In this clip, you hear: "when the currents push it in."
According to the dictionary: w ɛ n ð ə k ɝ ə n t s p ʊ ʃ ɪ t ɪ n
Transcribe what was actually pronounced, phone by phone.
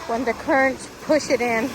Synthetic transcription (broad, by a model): w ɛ n ð ə k ɝ ə n t s p ʊ ʃ ɪ t ɪ n